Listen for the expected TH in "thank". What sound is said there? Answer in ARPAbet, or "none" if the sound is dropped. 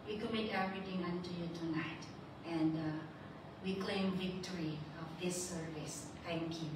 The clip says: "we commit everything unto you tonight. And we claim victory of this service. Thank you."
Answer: T